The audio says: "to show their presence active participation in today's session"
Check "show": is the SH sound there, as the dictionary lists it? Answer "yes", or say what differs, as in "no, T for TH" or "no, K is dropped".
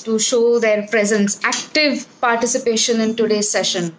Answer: yes